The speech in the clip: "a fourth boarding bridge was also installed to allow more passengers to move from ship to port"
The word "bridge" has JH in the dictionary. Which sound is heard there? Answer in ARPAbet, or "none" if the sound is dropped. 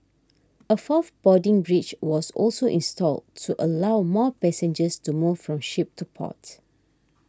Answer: CH